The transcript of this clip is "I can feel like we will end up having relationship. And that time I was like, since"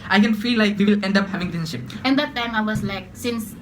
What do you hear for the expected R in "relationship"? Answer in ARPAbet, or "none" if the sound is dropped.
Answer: L